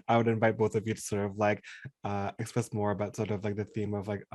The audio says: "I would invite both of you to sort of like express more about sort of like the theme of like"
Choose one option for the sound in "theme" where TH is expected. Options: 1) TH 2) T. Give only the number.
1